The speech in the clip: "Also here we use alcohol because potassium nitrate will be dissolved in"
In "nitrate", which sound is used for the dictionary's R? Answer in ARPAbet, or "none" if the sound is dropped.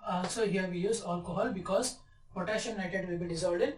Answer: none